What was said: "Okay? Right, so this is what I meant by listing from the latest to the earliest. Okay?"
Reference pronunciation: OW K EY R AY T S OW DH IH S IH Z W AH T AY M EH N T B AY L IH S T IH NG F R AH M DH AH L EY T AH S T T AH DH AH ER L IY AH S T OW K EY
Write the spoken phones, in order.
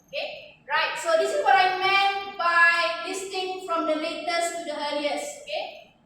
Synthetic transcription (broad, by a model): OW K EY R AY T S OW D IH S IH S W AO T AY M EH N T B AY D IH S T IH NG F R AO M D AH L EY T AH S T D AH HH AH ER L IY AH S OW K EY